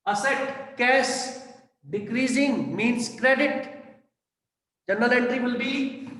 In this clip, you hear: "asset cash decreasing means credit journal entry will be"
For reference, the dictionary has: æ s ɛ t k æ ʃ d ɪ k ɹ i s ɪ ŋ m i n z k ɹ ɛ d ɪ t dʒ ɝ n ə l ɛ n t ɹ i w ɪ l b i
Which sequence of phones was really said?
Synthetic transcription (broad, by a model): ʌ s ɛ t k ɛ s d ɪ k ɹ i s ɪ ŋ m i n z k ɹ ɛ d ɪ t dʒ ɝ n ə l ɛ n t ɹ i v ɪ l b i